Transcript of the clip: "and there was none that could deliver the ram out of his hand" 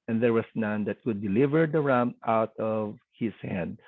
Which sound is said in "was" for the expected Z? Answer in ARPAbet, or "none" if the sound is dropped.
S